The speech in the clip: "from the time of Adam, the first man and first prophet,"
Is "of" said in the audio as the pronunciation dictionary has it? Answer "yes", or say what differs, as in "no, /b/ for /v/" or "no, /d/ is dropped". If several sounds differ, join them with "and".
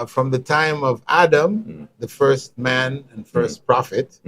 yes